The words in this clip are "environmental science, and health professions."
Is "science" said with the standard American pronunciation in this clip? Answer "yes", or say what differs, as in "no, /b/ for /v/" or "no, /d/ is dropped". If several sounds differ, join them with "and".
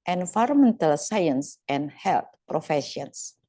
yes